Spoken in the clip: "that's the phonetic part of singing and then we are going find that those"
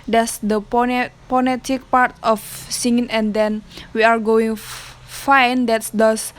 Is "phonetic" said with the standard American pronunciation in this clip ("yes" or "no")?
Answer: no